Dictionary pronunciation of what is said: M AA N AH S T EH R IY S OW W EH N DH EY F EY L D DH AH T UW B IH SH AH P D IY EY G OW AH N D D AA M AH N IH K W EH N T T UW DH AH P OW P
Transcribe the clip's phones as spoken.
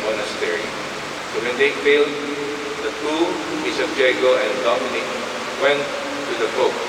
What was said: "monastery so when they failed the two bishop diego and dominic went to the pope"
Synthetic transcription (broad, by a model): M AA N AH S T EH R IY S OW W EH N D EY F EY L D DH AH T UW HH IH S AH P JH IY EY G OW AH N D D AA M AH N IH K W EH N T T UW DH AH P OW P